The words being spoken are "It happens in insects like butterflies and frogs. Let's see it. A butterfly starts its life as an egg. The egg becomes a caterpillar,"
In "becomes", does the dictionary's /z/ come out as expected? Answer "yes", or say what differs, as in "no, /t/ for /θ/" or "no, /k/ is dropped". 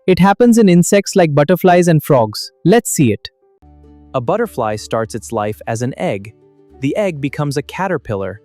yes